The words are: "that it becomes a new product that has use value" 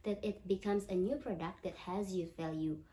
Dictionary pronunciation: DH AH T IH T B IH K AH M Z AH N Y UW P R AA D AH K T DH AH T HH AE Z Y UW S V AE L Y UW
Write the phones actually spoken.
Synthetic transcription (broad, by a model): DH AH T IH T B IH K AH M Z AH N Y UW P R AA D AH K T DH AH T HH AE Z Y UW V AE L Y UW